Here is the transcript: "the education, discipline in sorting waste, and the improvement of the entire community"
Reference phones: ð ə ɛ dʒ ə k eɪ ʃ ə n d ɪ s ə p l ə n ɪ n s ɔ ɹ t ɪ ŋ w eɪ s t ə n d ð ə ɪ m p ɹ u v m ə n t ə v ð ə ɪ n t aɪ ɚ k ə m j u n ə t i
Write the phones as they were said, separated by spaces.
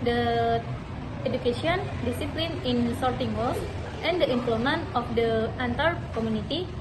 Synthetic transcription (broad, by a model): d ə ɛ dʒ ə k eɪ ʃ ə n d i s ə p l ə n ɪ n s ɔ ɹ t ɪ ŋ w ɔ t ə n d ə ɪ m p l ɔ m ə n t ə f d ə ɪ n t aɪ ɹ k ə m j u n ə t i